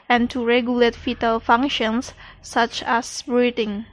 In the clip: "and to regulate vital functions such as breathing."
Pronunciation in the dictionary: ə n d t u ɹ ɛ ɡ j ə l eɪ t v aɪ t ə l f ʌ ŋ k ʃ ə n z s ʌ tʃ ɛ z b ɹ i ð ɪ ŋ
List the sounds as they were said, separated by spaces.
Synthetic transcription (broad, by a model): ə n t u ɹ ɛ ɡ j ə l eɪ t f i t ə l f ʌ ŋ k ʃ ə n s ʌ tʃ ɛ s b ɹ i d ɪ ŋ